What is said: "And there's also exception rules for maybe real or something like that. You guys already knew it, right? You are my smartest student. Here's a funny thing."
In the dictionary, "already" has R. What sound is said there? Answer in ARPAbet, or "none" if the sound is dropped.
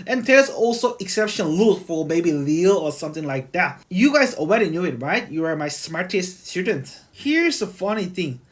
W